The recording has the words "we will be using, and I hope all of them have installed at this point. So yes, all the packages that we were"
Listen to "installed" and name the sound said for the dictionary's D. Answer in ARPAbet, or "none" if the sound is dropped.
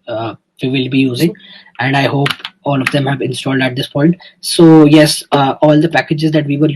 D